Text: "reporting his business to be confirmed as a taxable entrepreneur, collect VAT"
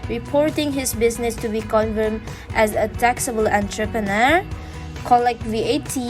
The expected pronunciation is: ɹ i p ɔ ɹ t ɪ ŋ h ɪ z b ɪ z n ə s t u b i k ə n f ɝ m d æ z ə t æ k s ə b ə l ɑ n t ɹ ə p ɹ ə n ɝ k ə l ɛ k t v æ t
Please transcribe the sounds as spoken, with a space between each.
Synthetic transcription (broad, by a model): ɹ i p ɔ ɹ t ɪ ŋ h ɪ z b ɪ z n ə s t u b i k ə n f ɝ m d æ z ə t æ k s ə b ə l ɑ n t ɹ ə p ɹ ə n ɝ k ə l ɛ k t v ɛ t